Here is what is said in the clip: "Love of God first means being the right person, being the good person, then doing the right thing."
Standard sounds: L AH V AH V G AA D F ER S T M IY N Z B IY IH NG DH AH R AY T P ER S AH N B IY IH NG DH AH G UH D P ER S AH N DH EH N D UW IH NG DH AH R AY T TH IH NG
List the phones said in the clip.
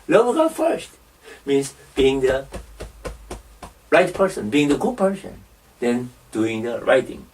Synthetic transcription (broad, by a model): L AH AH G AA F ER S T M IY N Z B IY IH NG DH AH R AY T P ER S AH N B IY IH NG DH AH G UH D P ER S AH N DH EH N D UW IH NG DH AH R AY T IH NG